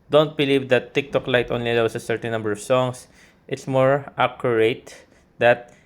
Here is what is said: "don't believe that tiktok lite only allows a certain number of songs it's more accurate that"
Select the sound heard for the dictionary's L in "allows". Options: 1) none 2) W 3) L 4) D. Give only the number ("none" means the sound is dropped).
2